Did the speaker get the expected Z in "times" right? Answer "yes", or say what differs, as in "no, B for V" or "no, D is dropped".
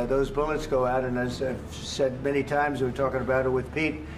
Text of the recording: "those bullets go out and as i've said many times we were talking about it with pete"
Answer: yes